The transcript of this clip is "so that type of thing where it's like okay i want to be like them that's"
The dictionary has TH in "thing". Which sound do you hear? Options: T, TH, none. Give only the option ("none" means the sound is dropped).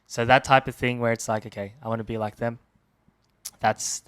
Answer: TH